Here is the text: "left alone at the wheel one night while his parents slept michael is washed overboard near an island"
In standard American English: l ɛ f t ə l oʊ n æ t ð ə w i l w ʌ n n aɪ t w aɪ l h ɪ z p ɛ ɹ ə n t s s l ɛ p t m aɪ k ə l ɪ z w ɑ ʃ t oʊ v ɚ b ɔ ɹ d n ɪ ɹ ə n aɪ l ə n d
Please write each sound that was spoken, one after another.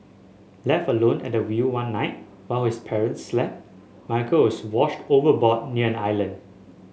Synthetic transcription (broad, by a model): l ɛ f t ə l oʊ n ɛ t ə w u w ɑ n n aɪ t w aɪ l h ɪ s p ɛ ɹ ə n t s s l ɛ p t m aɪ k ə w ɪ s w ɑ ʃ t oʊ v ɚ b ɔ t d n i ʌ ə n aɪ l ə n d